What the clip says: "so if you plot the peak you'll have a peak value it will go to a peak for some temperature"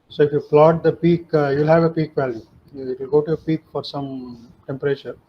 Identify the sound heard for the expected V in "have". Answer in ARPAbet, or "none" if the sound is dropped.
V